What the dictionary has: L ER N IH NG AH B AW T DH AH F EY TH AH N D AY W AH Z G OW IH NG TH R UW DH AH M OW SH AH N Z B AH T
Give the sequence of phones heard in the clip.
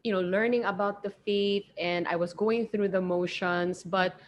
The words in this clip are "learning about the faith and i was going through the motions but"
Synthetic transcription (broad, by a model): L ER N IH NG AH B AW T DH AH F EY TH AH N D AY W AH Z G OW IH NG TH R UW DH AH M OW SH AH N S B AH T